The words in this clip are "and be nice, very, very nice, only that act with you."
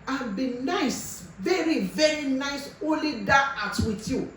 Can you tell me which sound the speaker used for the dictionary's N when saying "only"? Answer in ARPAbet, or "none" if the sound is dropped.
none